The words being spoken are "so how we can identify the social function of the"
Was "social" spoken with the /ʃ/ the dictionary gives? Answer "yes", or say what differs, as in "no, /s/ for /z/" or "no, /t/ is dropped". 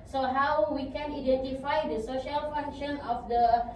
yes